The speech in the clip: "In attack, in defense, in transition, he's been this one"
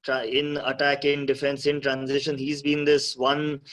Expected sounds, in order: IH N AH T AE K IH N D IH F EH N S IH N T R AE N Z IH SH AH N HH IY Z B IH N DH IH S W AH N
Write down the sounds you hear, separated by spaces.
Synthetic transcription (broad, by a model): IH N AH T AE K IH N D IH F EH N S IH N T R AE N Z IH SH AH N HH IY Z B IH N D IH S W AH N